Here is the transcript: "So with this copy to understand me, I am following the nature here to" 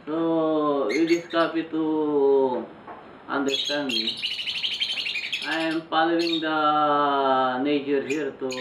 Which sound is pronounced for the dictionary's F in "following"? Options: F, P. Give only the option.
P